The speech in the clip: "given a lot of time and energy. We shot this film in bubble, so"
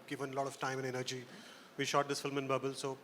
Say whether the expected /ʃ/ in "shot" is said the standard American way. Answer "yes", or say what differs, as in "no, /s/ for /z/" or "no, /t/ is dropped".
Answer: yes